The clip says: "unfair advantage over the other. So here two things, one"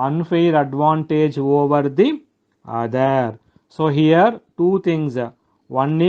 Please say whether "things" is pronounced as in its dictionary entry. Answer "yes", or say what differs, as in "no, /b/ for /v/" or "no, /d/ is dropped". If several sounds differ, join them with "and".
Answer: no, /t/ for /θ/